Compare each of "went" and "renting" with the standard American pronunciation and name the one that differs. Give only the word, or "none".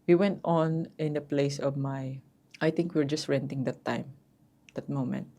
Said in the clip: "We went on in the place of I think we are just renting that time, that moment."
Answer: none